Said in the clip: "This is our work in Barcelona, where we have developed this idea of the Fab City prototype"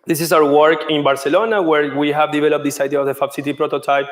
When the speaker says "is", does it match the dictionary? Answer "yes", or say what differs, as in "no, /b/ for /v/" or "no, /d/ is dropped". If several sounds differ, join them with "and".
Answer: no, /s/ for /z/